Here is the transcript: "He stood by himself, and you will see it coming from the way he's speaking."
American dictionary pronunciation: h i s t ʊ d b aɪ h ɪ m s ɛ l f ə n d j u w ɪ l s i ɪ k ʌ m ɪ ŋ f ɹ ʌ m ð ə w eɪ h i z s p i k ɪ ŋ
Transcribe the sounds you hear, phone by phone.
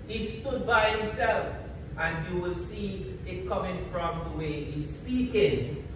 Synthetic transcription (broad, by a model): h i s t ʊ d b aɪ h ɪ m s ɛ l f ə n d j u w ɪ l s i ɪ k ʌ m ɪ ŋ f ɹ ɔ m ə w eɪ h i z s p i k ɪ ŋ